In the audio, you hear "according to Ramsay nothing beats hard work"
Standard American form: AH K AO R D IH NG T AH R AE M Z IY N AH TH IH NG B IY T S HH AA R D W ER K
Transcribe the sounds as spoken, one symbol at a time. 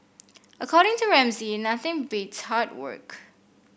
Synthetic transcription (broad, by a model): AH K AO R D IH NG T AH R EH M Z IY N AH TH IH NG B IY T S HH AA R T W ER K